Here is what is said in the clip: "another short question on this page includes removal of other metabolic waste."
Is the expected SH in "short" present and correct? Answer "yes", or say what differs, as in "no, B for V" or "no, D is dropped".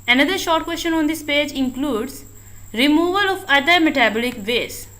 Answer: yes